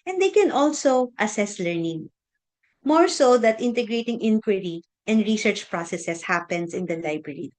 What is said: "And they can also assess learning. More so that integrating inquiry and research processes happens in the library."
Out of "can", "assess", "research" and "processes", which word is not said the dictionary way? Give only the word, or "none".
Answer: processes